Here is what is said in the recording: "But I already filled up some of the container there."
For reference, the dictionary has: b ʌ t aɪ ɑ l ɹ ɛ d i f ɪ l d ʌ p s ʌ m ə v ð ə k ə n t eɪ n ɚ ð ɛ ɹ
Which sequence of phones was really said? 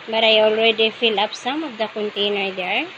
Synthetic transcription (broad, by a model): b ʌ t aɪ ɑ l ɹ ɛ d i f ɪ l ʌ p s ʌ m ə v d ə k ə n t eɪ n ɚ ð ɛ ɹ